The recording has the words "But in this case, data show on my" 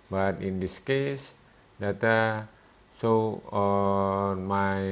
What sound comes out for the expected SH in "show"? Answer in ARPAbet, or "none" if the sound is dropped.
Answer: S